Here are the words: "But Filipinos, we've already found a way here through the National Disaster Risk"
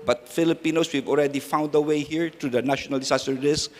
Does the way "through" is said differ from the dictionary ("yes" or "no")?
yes